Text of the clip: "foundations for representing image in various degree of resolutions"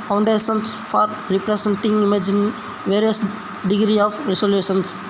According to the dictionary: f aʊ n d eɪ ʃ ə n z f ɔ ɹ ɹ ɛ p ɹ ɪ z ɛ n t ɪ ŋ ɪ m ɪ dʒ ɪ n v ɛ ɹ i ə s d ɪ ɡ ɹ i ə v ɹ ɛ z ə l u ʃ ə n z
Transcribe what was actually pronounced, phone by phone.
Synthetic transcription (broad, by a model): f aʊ n d eɪ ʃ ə n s f ɔ ɹ ɹ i p ɹ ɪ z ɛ n t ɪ ŋ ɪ m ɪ dʒ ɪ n v ɛ ɹ i ə s d ɪ ɡ ɹ i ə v ɹ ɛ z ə l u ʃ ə n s